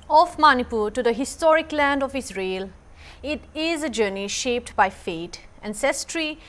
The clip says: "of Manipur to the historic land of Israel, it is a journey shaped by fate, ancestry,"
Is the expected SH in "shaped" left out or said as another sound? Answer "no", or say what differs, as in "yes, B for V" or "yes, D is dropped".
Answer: no